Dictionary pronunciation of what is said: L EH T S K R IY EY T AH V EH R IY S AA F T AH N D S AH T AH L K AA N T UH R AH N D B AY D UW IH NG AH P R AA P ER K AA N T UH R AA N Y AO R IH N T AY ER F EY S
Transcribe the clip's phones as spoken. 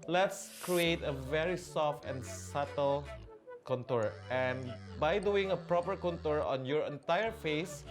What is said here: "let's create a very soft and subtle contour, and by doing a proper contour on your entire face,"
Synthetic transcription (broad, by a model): L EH T S K R IY EY T AH V EH R IY S AA F T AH N S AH T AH L K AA N T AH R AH N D B AY D UW IH NG AH P R AA P ER K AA N T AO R AA N Y AO R IH N T AY ER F EY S